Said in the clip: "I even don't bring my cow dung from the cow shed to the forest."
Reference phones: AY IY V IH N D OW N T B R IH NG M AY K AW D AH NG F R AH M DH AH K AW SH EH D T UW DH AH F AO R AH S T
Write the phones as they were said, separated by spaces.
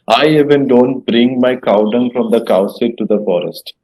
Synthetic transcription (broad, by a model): AY IY V IH N D OW N T B R IH NG M AY K AW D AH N F R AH M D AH K AW S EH T UW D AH F AO R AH S T